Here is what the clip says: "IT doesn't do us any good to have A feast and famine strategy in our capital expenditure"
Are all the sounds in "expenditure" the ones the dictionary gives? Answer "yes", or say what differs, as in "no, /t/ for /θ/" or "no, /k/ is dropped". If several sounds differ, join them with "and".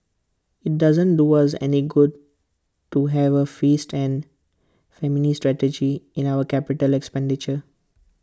yes